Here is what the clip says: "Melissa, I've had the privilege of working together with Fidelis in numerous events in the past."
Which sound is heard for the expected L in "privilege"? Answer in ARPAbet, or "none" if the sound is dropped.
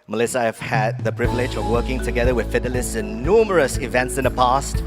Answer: L